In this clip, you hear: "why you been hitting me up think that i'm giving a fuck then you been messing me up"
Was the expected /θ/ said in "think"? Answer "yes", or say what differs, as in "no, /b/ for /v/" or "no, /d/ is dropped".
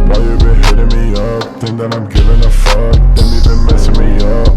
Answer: no, /t/ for /θ/